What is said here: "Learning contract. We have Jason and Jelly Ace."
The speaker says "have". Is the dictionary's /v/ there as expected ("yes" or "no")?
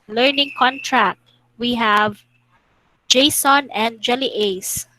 yes